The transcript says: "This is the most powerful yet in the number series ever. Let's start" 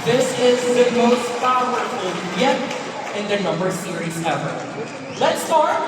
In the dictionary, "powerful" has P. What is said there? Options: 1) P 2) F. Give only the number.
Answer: 2